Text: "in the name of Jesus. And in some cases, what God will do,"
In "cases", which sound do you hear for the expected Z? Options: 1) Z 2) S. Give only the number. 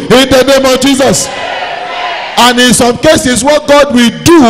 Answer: 2